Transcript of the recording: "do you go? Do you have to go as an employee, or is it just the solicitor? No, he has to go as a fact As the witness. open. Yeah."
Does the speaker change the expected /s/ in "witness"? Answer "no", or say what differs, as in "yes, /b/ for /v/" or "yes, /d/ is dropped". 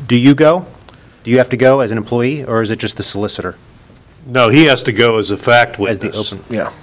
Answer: yes, /s/ is dropped